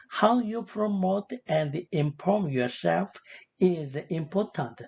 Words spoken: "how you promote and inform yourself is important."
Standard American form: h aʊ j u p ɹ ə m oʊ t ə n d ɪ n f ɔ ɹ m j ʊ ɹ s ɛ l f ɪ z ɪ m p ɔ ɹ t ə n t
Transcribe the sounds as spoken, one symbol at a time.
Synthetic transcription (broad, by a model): h aʊ j u p ɹ ə m oʊ t ə n d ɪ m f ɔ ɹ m j ʊ ɹ s ɛ l f ɪ z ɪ m p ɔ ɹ t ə n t